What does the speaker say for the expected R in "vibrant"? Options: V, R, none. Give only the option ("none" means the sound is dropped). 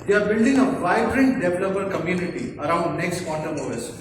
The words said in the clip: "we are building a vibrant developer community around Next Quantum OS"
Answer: R